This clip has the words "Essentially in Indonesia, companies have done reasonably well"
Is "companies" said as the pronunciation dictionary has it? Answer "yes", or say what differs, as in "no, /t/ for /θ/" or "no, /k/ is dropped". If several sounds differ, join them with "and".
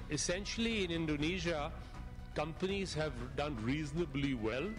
yes